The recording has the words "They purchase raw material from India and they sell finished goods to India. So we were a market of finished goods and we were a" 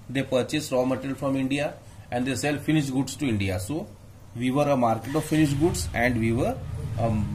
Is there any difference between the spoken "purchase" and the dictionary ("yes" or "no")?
no